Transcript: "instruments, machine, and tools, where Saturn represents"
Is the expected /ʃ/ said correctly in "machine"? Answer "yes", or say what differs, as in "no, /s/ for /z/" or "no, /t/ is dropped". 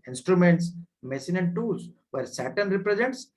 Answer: no, /s/ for /ʃ/